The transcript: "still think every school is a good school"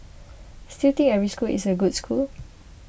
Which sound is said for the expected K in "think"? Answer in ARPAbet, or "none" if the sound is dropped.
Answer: none